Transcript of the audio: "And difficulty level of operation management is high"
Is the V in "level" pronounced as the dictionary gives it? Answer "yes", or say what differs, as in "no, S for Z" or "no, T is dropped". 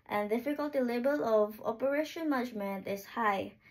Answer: no, B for V